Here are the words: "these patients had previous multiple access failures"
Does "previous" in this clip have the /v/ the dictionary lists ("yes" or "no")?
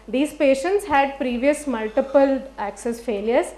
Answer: yes